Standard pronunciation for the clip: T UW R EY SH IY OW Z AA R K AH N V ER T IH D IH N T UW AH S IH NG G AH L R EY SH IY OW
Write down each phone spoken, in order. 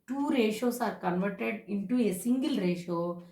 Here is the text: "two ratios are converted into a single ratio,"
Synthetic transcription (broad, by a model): T UW R EY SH OW S AA R K AH N V ER T IH D IH N T UW AH S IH NG G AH L R EY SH OW